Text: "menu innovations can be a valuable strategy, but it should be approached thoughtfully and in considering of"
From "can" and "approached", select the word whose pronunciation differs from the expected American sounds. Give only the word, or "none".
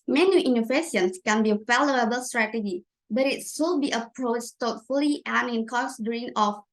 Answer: none